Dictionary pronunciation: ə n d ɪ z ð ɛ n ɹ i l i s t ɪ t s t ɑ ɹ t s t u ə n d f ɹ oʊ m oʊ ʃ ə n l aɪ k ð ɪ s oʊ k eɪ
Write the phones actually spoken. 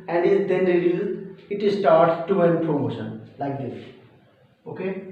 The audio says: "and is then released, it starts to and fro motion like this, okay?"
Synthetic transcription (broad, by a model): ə n d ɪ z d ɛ n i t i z ɪ t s t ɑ ɹ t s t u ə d p ɹ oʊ m oʊ ʃ ə n l aɪ k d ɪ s oʊ k eɪ